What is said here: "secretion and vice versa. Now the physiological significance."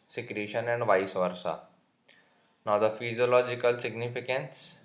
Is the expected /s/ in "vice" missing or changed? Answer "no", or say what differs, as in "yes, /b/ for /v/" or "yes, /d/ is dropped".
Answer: no